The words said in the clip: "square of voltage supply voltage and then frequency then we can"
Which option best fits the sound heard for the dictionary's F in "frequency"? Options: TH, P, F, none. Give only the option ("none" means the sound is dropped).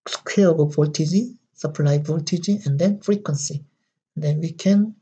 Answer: F